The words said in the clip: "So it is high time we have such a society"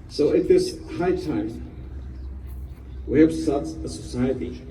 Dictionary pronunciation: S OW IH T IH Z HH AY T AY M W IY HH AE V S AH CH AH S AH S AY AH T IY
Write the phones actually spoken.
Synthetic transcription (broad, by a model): S OW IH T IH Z HH AY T AY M W IY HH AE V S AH S AH S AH S AY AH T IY